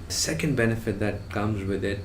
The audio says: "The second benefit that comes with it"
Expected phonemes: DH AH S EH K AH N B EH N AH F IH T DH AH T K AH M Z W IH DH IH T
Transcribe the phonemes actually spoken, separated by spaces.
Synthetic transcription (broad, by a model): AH S EH K AH N B EH N AH F IH T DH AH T K AH M Z W IH DH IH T